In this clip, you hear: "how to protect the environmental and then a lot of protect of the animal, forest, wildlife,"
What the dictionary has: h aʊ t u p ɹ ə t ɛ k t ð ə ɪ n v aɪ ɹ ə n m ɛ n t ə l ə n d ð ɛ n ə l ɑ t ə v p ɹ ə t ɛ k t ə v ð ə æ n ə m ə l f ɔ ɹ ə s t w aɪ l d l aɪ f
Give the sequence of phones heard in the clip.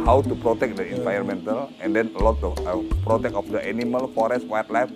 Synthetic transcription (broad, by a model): h aʊ t u p ɹ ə t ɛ k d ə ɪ n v aɪ ə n m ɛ n t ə l ə n d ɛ n ə l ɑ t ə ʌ p ɹ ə t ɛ k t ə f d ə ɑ n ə m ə l f ɔ ɹ ə s t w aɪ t l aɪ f